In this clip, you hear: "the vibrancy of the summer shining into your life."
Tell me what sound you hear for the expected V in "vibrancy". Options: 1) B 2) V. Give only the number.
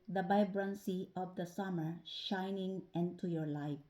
1